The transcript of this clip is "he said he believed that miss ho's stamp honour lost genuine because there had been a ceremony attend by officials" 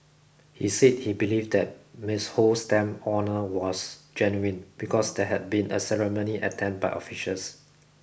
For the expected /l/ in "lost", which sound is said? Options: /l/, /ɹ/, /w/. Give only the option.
/w/